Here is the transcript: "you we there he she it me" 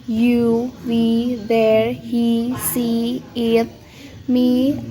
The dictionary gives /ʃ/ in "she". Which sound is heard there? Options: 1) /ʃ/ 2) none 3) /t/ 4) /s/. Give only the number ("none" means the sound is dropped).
4